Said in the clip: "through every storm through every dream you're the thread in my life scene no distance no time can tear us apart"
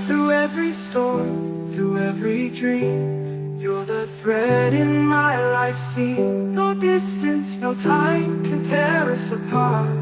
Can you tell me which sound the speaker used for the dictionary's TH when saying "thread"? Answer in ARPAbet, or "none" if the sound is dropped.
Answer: TH